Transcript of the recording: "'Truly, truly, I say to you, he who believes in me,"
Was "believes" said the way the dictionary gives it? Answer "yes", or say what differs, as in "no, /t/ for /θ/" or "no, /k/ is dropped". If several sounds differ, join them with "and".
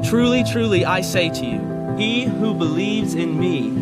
yes